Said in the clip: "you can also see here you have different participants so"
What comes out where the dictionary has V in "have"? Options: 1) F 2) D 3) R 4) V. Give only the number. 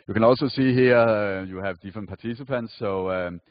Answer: 4